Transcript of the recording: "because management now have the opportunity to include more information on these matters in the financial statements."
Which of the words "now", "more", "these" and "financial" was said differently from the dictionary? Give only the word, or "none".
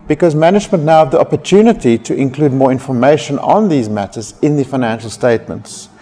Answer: none